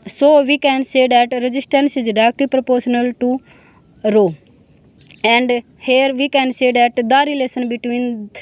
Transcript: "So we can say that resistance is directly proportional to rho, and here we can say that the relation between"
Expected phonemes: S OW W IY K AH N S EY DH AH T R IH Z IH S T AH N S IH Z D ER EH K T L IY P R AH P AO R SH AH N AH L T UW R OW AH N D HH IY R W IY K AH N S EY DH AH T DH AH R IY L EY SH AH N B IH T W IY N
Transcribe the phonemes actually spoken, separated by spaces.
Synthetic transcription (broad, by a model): S OW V IY K AH N S EY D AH T R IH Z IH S T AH N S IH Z D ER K T IY P R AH P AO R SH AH N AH L T UW R OW AH N D HH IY R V IY K AH N S EY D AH T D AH R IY L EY S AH N B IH T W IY N